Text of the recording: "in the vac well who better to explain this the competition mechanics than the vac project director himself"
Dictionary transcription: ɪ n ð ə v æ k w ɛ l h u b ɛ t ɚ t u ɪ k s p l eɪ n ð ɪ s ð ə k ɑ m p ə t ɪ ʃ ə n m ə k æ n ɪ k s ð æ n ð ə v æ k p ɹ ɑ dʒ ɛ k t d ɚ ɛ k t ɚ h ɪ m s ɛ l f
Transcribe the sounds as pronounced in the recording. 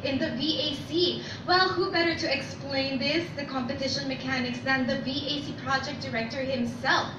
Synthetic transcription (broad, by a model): ɪ n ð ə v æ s w ɛ l h u b ɛ t ɚ t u ɪ k s p l eɪ n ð ɪ s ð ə k ɑ m p ə t ɪ ʃ ə n m ə k æ n ɪ k s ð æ n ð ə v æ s p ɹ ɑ dʒ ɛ k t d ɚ ɛ k t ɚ h ɪ m s ɛ l f